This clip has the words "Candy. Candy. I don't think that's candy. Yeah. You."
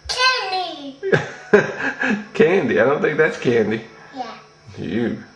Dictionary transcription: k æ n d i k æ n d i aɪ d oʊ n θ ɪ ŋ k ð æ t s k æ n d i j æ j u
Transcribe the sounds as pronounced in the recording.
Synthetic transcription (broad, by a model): k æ n d i k æ n d i aɪ d oʊ n θ ɪ ŋ k ð æ t s k æ n d i j æ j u